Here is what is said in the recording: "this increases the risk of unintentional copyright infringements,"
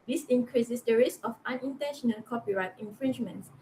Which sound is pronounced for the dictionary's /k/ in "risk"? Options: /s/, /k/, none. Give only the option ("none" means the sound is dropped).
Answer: none